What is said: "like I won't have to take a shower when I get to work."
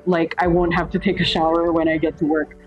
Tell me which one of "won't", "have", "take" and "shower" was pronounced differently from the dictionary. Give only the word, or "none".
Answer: have